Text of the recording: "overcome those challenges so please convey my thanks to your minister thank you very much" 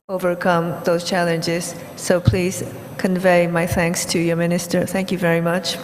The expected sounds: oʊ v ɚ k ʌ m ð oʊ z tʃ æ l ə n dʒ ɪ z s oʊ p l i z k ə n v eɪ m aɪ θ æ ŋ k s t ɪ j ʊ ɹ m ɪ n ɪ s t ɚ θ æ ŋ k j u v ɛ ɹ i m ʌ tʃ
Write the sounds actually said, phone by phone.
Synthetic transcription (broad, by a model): oʊ v ɚ k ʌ m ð oʊ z tʃ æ l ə n dʒ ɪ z s oʊ p l i z k ə n v eɪ m aɪ θ æ ŋ k s t ɪ j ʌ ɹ m ɪ n ɪ s t ɚ θ æ ŋ k j u v ɛ ɹ i m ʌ tʃ